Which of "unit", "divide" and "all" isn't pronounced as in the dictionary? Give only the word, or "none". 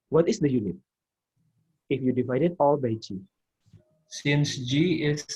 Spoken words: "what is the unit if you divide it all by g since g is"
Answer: none